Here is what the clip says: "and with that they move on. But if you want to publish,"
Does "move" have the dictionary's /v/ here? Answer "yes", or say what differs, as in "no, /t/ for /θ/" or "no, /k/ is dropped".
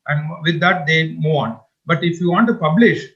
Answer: no, /v/ is dropped